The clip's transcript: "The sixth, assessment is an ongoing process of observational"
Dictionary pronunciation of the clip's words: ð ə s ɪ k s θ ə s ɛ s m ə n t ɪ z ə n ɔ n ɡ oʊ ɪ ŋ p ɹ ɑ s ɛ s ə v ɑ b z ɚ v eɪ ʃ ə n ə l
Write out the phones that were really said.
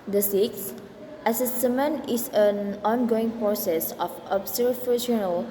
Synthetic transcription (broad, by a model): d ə s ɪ k s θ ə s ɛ s m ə n ɪ s ə n ɔ n ɡ oʊ ɪ ŋ p ɹ ɑ s ɛ s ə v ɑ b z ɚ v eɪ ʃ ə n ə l